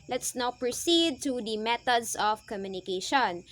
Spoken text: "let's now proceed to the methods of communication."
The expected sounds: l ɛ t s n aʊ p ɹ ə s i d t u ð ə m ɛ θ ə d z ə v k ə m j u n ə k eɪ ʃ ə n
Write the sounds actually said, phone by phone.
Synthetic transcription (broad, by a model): l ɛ t s n aʊ p ɹ ə s i d t u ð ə m ɛ t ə d s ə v k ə m j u n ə k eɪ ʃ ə n